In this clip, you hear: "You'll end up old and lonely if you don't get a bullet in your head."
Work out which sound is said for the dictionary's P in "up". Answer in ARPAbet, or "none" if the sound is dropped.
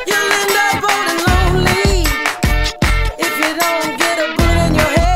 B